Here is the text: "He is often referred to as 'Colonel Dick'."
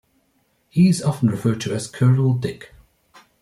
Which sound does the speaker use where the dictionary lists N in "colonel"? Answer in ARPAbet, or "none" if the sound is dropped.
none